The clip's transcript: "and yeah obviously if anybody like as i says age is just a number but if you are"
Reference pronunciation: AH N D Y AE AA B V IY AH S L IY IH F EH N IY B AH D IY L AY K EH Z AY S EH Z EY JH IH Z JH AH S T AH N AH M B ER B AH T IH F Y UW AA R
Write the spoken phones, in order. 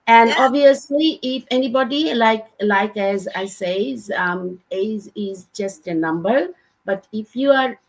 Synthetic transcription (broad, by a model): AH N D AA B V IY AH S L IY IH F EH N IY B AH D IY L AY K EH Z AY S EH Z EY Z IH Z JH AH S T AH N AH M B ER B AH T IH F Y UW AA R